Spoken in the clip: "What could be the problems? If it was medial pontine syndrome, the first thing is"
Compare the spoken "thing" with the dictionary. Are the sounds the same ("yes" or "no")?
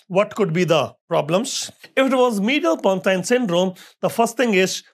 no